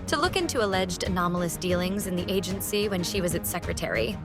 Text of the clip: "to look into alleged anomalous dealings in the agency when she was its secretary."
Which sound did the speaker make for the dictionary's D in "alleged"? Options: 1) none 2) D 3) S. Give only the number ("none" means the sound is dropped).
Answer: 2